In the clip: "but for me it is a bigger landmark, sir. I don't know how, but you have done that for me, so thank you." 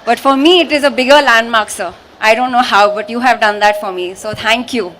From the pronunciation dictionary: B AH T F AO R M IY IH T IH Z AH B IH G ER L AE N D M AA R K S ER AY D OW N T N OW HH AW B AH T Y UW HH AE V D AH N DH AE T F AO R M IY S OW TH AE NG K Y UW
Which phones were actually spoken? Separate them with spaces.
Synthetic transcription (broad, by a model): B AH T F AO R M IY IH T IH Z AH B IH G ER L AE N D M AA R K S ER AY D OW N T N OW HH AW B AH T Y UW HH AE V D AH N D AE T F AO R M IY S OW T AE NG K Y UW